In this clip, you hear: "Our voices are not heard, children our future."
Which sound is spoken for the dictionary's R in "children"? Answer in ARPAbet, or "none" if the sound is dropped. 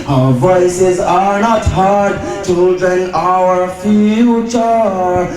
none